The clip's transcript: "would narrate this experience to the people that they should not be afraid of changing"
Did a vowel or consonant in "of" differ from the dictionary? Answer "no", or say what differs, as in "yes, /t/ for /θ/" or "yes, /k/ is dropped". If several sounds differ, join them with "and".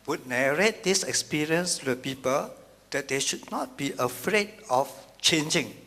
yes, /f/ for /v/